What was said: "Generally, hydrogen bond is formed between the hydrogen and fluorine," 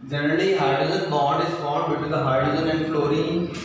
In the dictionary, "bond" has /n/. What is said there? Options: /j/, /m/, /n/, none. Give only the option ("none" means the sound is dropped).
none